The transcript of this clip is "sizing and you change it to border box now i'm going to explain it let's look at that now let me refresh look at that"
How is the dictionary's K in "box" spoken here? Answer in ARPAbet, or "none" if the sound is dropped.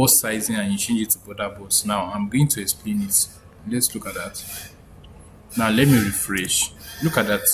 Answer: none